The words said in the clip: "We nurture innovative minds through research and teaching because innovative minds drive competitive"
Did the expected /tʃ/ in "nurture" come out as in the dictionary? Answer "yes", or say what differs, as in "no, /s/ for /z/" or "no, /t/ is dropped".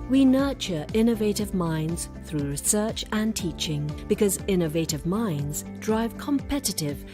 yes